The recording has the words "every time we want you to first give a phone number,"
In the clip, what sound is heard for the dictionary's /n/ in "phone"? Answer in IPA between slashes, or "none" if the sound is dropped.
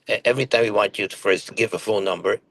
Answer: /l/